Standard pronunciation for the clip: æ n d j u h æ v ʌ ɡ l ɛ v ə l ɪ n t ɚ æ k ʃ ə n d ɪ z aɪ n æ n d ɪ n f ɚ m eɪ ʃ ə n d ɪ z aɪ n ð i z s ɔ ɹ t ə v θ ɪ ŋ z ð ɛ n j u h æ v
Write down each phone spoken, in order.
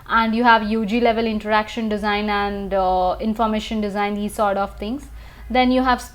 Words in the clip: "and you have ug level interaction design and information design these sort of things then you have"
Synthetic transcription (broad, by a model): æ n d j u h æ v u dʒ l ɛ v ə l ɪ n t ɚ æ k ʃ ə n d ɪ z aɪ n æ n d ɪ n f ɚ m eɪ ʃ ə n d ɪ z aɪ n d i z s ɔ ɹ t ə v t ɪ ŋ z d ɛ n j u h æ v